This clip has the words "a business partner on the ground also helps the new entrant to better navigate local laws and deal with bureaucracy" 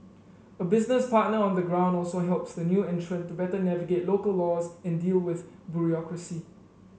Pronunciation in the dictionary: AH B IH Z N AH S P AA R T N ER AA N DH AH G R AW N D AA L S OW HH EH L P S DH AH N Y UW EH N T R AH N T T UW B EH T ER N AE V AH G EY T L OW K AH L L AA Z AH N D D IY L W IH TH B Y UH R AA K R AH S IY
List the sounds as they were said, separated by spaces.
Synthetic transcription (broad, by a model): AH B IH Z N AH S P AA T N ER AA N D AH G R AW N D AA L S OW HH EH L P S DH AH N Y UW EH N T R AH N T T UW B EH T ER N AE V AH G EY T L OW K AH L L AA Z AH N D D IY L W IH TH B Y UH R AA K R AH S IY